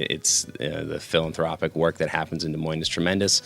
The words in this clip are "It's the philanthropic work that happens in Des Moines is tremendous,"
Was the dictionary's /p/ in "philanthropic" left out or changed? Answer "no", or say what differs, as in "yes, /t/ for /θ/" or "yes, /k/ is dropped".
no